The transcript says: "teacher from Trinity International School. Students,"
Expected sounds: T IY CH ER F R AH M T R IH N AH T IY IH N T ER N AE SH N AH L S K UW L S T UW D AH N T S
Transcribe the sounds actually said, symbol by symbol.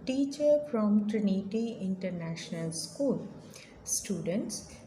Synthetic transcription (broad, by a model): T IY CH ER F R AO M T R IH N AH T IY IH N T ER N AE SH N AH L S K UW L S T UW D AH N T S